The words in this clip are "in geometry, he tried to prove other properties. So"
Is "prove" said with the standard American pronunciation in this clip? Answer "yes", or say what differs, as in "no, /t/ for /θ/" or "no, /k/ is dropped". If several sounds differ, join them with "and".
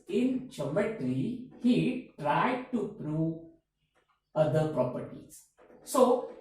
no, /v/ is dropped